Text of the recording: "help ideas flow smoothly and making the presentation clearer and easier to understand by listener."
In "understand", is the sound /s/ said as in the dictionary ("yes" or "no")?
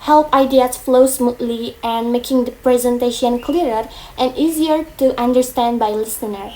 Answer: yes